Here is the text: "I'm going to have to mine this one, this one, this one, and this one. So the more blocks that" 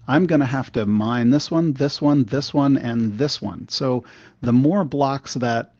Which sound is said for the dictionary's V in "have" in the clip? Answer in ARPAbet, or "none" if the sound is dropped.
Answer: F